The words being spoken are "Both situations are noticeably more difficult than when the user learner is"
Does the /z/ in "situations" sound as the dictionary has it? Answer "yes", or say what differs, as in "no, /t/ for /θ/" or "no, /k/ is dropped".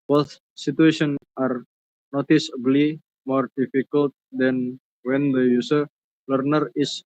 no, /z/ is dropped